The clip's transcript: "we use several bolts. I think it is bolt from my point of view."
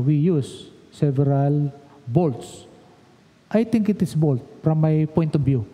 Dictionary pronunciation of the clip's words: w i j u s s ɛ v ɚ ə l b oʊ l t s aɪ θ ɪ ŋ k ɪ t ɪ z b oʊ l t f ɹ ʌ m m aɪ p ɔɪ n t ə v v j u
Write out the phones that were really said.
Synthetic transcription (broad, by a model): w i j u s s ɛ v ɚ ə l b oʊ l t s aɪ t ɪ ŋ k ɪ t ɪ s b oʊ l t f ɹ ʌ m m aɪ p ɔɪ n t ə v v j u